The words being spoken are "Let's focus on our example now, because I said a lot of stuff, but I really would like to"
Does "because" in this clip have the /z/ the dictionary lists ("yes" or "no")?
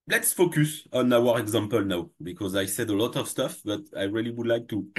yes